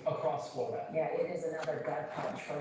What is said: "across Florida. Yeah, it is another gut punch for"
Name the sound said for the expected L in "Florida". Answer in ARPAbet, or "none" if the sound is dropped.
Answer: none